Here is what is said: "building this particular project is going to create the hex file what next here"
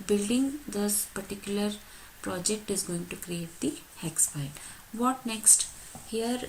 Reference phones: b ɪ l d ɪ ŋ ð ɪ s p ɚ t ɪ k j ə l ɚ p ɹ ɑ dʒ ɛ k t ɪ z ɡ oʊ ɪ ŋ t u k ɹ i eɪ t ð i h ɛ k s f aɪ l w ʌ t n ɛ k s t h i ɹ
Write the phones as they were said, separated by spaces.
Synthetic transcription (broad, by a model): b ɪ l d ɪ ŋ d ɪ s p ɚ t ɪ k j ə l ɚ p ɹ ɑ dʒ ɛ k t ɪ z ɡ oʊ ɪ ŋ t u k ɹ i eɪ t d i h ɛ k s p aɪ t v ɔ t n ɛ k s t h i ɹ